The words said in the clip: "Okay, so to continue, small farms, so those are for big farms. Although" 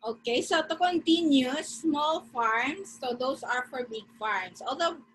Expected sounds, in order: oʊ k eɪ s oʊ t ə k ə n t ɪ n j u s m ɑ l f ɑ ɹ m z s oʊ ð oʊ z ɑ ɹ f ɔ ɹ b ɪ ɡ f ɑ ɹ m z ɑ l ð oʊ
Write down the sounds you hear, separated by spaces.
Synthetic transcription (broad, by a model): oʊ k eɪ s oʊ t ə k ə n t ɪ n j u s m ɑ l f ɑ ɹ m s oʊ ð oʊ s ɑ ɹ f ɔ ɹ b ɪ ɡ f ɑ ɹ m s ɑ l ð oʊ